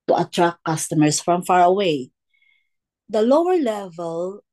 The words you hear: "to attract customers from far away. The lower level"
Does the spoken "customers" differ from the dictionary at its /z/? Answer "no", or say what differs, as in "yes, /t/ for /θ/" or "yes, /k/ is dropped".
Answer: yes, /s/ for /z/